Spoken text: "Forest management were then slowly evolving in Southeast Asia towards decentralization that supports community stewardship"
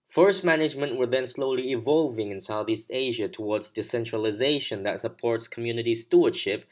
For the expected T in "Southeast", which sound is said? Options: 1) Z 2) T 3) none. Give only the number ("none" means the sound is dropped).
2